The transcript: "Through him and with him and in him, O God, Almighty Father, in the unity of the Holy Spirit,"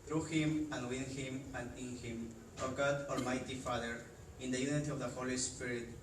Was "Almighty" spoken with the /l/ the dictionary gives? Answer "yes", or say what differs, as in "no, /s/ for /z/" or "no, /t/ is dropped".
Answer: yes